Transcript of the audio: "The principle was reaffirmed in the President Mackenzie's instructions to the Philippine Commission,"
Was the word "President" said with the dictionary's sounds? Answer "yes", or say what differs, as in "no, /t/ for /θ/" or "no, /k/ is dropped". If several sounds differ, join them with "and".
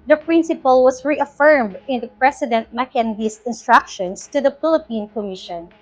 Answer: no, /s/ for /z/